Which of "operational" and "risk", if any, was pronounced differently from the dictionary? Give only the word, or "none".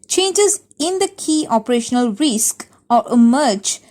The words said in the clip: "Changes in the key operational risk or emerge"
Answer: none